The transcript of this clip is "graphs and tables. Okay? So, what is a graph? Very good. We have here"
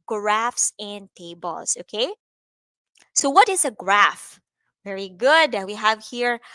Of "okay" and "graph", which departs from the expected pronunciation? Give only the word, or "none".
none